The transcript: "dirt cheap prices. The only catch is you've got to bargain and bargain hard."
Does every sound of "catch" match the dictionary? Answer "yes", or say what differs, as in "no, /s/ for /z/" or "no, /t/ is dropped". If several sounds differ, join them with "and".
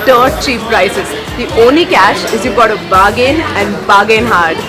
no, /ʃ/ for /tʃ/